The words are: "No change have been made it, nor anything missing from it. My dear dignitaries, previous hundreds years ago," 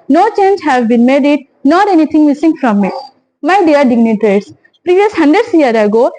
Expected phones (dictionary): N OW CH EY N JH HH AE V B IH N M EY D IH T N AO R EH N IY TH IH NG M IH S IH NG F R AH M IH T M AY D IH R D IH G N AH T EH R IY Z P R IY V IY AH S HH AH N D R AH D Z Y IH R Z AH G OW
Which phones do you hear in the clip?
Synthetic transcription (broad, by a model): N OW CH EY N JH HH AE V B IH N M EY D IH T N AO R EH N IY T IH NG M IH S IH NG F R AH M IH T M AY D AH R D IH G N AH T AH R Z P R IY V IY AH S HH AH N D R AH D S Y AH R AH G OW